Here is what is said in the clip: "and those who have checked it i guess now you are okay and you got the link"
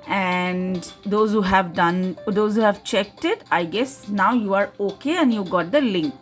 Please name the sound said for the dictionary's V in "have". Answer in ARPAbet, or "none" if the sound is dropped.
V